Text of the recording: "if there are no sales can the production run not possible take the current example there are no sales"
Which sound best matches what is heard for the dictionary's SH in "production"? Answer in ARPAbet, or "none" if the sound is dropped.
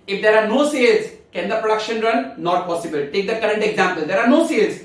SH